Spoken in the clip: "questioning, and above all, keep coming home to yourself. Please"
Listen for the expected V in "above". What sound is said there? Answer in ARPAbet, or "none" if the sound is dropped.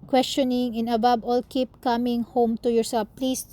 B